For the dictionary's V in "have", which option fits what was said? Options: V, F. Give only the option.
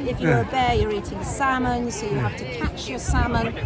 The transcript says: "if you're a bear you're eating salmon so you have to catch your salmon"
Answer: F